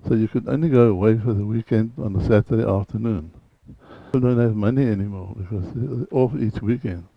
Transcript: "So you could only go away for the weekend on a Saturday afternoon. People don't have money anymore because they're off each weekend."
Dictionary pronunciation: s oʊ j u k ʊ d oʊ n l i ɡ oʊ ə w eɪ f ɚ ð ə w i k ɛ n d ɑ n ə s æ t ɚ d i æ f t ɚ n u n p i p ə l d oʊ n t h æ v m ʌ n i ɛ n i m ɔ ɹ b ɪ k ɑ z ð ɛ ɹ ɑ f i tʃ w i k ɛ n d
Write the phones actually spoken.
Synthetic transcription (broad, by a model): s oʊ j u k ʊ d oʊ n l i ɡ oʊ ə w eɪ f ɚ ð ə w i k ɛ n d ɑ n ə s æ t ɚ d i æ f t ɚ n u n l d oʊ n t h æ v m ʌ n i ɛ n i m ɔ ɹ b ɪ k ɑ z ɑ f i tʃ w i k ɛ n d